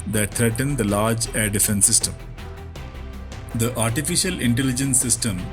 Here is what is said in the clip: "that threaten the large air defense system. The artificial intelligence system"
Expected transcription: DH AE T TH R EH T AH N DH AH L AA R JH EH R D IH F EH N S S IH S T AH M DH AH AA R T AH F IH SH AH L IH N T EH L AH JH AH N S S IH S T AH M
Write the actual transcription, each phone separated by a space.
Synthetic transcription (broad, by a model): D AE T T R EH T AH N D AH L AA R JH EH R D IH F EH N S S IH S T AH M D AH AA R T AH F IH SH AH L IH N T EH L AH JH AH N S S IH S T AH M